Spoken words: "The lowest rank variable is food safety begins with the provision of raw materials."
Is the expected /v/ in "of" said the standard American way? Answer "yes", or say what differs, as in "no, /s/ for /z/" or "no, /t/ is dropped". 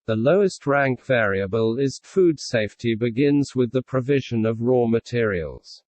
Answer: yes